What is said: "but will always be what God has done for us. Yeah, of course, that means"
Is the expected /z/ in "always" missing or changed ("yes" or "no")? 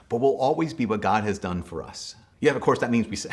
no